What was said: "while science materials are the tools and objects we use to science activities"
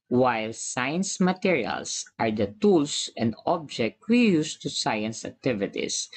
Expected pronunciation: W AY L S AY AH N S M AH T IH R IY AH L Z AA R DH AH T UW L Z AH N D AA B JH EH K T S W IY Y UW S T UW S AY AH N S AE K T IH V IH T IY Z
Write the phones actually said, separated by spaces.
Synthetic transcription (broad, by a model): W AY L S AY AH N S M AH T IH R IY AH L S AA R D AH T UW L S AH N D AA B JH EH K T W IY Y UW S T UW S AY AH N S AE K T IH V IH T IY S